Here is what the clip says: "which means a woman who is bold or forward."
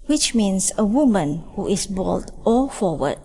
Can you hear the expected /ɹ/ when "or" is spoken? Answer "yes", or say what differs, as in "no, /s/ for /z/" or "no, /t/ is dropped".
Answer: no, /l/ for /ɹ/